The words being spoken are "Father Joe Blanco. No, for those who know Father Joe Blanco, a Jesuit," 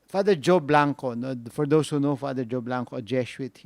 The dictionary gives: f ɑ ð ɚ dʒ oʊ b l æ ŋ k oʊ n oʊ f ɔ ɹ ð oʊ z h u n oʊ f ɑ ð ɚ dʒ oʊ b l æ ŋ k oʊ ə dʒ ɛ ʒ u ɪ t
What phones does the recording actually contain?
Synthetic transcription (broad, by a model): f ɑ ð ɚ dʒ oʊ b l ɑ ŋ k oʊ n oʊ f ɔ ɹ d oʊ s h u n oʊ f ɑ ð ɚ dʒ oʊ b l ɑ ŋ k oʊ ə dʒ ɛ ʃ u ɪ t